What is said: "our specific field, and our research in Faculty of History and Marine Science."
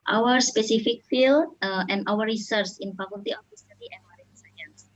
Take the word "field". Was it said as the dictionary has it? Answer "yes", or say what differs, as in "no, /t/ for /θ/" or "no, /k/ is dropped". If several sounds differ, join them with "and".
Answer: no, /d/ is dropped